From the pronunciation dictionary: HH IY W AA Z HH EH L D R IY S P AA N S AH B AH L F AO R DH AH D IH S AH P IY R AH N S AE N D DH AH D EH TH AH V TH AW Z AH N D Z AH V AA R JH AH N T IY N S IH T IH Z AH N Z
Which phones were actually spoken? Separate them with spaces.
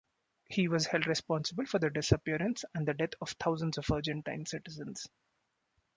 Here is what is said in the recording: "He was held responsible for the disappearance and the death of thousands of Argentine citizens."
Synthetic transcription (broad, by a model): HH IY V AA Z HH EH L D R IY S P AA N S AH B AH L F AO R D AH D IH S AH P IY R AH N S AE N D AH D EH T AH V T AW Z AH N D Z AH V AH R JH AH N T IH N S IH T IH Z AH N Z